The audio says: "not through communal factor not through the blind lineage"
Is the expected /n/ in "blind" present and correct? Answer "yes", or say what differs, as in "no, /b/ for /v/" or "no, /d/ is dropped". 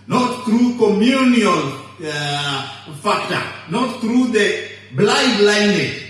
no, /n/ is dropped